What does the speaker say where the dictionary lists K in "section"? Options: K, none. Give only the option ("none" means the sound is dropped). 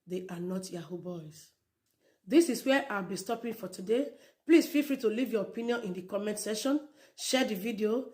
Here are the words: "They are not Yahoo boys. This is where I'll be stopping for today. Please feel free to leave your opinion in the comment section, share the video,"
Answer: none